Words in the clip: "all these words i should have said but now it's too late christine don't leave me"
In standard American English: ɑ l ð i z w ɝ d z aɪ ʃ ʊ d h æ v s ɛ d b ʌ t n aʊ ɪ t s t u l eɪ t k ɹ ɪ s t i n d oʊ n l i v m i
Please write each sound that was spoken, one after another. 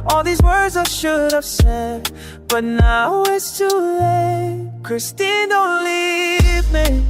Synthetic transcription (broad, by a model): ɑ l ð i z w ɝ d z aɪ ʃ ʊ d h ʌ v s ɛ d b ʌ t n aʊ ɪ t s t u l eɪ k ɹ ɪ s t i n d oʊ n l i v m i